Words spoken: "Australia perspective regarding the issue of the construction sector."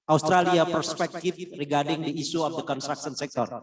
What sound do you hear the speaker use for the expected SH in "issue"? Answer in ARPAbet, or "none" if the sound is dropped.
S